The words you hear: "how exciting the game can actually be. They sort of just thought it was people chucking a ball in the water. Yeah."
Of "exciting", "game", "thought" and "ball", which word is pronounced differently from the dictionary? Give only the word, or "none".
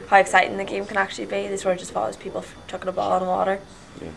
thought